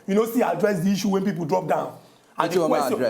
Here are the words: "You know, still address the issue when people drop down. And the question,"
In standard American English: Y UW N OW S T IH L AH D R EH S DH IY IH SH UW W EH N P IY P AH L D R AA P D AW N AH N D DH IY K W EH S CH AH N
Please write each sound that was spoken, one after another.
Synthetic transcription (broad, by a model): Y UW N OW S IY AH D R EH S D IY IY SH UW W EH N P IY P AH L D R AA P D AW N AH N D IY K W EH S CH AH